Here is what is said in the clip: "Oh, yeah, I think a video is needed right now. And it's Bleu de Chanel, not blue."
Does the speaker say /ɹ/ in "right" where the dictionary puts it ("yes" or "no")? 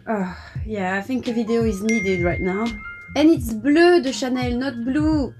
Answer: no